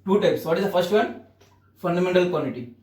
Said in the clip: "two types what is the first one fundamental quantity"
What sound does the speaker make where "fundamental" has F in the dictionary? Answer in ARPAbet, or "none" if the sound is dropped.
F